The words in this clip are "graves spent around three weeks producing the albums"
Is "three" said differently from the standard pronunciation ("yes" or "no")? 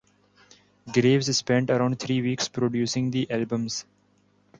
yes